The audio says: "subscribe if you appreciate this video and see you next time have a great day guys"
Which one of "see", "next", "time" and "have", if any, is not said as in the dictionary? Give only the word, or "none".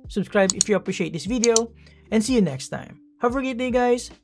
have